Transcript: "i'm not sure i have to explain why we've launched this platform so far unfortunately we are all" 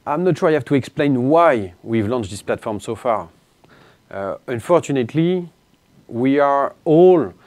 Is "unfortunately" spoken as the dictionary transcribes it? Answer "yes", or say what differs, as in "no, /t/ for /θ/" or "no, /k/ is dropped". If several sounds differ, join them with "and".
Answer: yes